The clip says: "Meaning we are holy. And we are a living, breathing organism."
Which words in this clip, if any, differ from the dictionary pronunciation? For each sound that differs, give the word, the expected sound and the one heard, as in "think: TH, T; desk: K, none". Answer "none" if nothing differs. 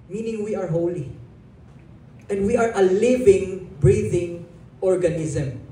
none